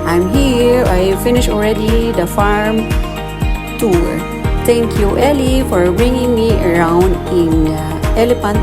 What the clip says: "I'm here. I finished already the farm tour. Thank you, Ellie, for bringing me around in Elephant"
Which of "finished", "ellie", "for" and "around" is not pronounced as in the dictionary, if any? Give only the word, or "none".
finished